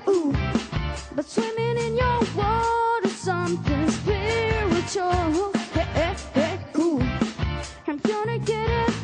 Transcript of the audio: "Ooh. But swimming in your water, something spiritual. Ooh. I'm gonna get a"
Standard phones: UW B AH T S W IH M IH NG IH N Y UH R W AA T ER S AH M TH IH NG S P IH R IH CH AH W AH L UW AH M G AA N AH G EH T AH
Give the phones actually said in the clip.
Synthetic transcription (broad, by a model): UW B AH T S W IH M IH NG IH N Y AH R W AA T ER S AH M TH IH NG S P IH W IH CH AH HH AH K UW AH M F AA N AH G EH T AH